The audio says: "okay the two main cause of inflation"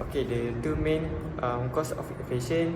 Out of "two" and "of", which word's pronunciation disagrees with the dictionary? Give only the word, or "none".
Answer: of